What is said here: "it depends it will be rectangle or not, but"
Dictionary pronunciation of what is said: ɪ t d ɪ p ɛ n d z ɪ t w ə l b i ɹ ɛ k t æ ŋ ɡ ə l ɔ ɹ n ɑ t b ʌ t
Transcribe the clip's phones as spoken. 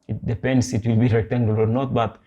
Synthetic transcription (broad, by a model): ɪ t d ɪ p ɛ n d s ɪ t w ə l b i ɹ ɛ t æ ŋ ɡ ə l ɔ ɹ n ɑ t b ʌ t